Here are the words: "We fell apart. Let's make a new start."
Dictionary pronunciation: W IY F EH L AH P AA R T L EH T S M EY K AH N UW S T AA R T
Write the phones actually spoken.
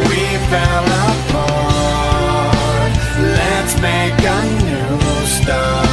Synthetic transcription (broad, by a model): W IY F EH L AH F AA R L EH T S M EY K AH N UW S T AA